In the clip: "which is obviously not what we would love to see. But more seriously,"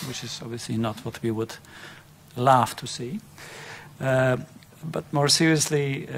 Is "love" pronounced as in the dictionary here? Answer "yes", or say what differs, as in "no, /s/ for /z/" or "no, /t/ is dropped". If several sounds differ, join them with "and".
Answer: no, /f/ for /v/